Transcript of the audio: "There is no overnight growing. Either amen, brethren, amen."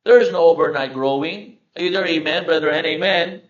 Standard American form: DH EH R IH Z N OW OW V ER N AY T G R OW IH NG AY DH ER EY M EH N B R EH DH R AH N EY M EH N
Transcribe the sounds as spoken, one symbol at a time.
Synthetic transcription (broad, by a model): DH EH R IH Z N OW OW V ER N AY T G R OW IH NG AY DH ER EY M EH N B R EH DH R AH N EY M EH N